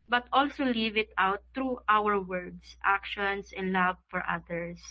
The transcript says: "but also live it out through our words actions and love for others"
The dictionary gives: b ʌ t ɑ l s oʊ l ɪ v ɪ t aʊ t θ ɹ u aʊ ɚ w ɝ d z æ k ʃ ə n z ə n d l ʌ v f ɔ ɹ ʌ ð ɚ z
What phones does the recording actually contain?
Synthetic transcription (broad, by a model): b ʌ t ɑ l s oʊ l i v ɪ t aʊ t ɹ u aʊ ɚ w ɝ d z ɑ k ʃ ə n s ə n d l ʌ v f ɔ ɹ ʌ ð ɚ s